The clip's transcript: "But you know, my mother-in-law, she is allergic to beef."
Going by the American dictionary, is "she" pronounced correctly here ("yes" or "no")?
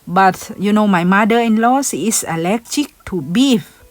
no